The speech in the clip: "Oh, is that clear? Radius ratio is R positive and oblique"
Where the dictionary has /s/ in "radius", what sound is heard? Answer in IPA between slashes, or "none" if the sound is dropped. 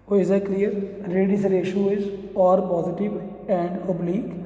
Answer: none